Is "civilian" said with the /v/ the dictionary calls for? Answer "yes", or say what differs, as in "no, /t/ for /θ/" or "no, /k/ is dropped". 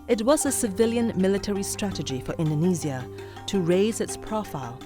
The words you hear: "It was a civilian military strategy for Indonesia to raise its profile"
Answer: yes